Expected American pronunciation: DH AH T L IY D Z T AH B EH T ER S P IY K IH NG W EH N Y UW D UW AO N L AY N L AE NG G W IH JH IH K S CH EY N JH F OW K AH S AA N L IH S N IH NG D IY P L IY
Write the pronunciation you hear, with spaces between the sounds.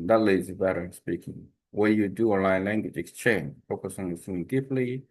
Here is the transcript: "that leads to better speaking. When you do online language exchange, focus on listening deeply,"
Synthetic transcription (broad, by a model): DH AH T L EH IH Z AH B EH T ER S P IY K IH NG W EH Y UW D UW AO N L AY N L AE NG G W IH JH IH K S CH EY N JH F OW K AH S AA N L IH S IH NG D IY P L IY